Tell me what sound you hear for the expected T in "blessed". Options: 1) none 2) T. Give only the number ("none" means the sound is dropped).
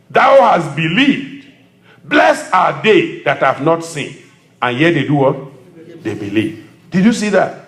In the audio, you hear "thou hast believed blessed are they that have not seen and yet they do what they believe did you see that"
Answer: 1